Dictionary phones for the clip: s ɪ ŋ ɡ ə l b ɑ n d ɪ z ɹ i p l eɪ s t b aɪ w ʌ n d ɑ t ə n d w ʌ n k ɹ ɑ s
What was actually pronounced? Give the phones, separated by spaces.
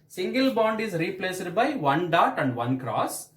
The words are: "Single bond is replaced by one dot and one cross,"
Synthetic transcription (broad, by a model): s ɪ ŋ ɡ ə l b ɑ n d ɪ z ɹ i p l eɪ s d b aɪ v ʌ n d ɑ t ə n d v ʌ n k ɹ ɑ s